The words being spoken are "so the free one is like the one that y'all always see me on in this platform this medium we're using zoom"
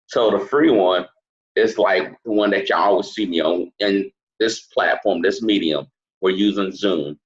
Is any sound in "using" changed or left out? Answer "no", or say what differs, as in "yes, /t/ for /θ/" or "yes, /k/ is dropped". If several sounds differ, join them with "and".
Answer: no